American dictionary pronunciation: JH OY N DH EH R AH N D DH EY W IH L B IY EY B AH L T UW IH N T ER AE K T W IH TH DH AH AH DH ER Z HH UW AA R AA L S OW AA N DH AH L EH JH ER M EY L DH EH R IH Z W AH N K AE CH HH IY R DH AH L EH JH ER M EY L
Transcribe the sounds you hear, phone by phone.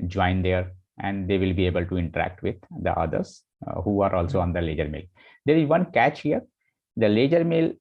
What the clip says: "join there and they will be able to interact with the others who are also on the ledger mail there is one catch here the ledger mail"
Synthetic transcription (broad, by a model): JH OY N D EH R AH N D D EY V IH L B IY EY B AH L T UW IH N T ER AE K T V IH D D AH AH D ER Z HH UW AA R AA L S OW AA N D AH L EH JH ER M EY L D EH R IH Z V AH N K AE CH HH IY R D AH L EH JH ER M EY L